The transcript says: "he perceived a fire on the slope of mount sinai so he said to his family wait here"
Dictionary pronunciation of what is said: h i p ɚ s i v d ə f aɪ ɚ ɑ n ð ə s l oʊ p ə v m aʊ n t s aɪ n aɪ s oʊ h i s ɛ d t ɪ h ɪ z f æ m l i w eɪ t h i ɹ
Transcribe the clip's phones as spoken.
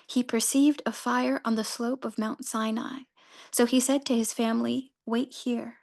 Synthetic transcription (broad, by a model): h i p ɚ s i v d ə f aɪ ɚ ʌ n ð ə s l oʊ p ə v m aʊ n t s aɪ n aɪ s oʊ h i s ɛ d t ɪ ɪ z f æ m l i w eɪ t h i ɹ